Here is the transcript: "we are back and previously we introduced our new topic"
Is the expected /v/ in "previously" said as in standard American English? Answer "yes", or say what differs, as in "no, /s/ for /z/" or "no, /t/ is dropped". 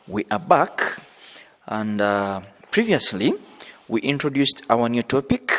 yes